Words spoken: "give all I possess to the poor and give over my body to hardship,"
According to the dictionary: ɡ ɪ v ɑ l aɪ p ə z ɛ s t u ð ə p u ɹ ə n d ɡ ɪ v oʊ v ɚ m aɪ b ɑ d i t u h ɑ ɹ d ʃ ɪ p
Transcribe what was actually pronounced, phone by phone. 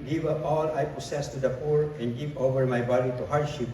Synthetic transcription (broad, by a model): ɡ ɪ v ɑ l aɪ p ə s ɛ s t u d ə p u ɹ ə n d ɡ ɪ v oʊ v ɚ m aɪ b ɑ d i t u h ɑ ɹ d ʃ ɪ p